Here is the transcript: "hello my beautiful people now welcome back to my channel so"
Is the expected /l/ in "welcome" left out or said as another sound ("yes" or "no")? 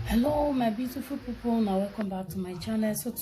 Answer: yes